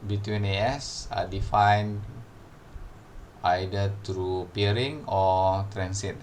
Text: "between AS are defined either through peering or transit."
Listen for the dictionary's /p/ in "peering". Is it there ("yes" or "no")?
yes